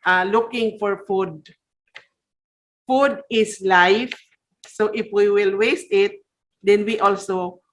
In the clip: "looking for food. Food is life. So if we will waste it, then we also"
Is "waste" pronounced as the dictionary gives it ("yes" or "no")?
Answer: yes